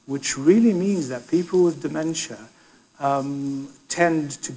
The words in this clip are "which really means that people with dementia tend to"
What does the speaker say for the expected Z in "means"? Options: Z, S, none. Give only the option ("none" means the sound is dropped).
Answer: Z